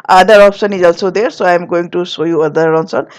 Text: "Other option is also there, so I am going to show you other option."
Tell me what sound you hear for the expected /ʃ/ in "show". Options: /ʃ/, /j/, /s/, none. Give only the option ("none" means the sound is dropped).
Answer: /s/